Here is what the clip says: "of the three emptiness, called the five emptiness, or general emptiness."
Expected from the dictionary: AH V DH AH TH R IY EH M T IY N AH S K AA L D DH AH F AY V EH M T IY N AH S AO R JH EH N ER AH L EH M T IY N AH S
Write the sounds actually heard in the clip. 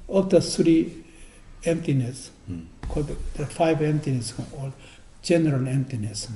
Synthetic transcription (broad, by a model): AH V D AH S R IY EH M T IY N AH S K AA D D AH F AY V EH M T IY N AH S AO L JH EH N ER AH L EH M T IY N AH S